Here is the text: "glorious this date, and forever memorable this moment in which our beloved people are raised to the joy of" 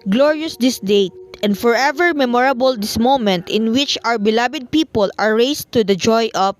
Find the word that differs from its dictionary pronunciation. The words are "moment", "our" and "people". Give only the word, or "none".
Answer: our